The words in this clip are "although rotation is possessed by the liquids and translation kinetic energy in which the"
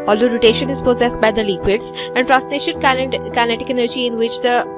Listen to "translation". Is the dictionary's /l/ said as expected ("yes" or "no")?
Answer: no